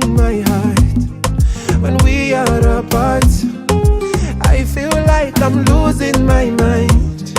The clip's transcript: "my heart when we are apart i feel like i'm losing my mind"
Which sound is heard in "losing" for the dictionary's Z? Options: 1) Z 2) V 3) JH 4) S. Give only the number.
1